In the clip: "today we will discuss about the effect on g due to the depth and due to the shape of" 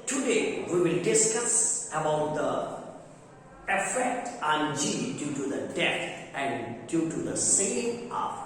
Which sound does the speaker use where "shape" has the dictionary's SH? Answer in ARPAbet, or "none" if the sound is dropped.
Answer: S